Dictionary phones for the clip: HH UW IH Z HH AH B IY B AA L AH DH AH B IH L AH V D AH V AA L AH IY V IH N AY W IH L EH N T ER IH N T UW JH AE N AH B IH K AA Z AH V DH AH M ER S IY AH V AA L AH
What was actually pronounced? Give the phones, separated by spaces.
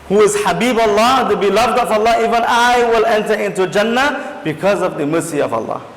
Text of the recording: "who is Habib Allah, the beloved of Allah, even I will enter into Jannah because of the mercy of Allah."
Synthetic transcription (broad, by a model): HH UW IH Z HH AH B IY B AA L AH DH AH B IH L AH V D AH V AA L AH IY V IH N AY W IH L EH N T ER IH N T UW JH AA N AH B IH K AA Z AH V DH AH M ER S IY AH V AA L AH